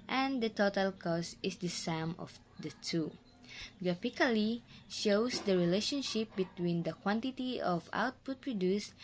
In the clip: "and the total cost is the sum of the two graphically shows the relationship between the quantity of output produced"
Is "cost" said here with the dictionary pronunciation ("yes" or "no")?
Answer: no